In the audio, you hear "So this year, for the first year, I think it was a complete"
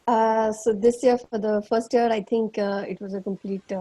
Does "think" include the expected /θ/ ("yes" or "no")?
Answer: no